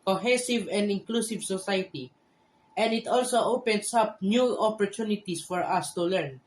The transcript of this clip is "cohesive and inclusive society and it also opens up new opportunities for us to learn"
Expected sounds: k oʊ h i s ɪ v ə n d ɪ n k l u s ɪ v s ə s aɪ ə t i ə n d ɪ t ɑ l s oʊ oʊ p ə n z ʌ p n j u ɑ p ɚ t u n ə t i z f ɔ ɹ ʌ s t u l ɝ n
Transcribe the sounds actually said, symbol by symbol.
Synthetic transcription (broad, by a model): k oʊ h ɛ s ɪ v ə n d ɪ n k l u s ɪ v s ə s aɪ ə t i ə n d ɪ t ɑ l s oʊ oʊ p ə n s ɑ p n j u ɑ p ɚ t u n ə t i s f ɔ ɹ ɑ s t u l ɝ n